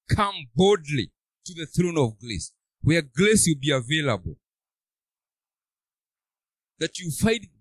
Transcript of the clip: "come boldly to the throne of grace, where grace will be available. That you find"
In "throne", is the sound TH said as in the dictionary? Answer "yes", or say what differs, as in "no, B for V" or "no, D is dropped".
yes